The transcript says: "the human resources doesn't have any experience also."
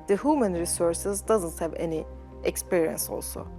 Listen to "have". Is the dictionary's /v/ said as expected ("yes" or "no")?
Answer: yes